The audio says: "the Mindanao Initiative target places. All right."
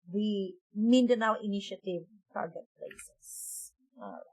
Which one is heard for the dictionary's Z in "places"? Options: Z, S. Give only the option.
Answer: S